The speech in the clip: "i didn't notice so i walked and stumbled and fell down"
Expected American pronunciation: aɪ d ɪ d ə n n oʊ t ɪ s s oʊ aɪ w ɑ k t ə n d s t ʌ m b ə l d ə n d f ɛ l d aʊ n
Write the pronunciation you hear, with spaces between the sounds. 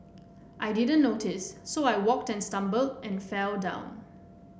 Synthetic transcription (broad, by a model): aɪ d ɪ d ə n n oʊ t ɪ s s oʊ aɪ w ɑ k t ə n s t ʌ m b ə l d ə n f ɛ l d aʊ n